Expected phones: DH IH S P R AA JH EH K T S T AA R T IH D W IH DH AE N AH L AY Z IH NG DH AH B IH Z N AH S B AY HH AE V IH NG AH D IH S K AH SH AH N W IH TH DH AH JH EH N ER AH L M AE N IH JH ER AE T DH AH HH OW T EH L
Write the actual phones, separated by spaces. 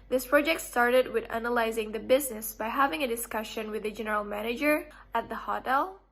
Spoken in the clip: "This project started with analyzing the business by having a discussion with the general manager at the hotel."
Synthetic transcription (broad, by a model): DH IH S P R AA JH EH K T S T AA R T IH D W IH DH AE N AH L AY Z IH NG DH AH B IH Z N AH S B AY HH AE V IH NG AH D IH S K AH SH AH N W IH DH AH JH EH N ER AH L M AE N IH JH ER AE T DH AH HH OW T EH L